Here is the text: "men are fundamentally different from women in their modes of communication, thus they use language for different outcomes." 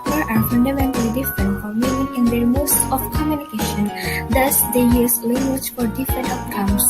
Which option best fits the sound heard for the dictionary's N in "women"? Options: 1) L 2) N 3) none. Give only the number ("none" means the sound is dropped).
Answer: 3